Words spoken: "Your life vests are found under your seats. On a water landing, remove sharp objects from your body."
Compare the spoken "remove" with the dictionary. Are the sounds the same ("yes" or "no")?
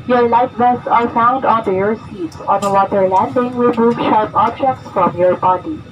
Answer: no